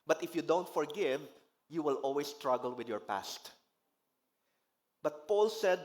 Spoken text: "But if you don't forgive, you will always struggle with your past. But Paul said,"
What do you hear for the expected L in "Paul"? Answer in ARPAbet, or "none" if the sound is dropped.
L